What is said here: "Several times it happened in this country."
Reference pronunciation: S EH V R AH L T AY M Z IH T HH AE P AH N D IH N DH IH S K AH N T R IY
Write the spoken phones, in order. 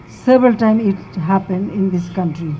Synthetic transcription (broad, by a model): S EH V R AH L T AY M IH T HH AE P AH N D IH N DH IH S K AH N T R IY